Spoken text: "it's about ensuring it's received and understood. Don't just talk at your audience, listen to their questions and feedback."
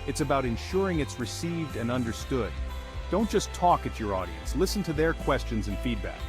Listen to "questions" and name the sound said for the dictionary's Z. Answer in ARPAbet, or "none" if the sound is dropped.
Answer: Z